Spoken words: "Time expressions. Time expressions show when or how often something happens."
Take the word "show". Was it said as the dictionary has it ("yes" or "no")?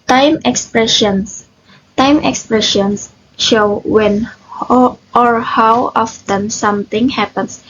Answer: yes